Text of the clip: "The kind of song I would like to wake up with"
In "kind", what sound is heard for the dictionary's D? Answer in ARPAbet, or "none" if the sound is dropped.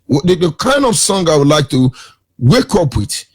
D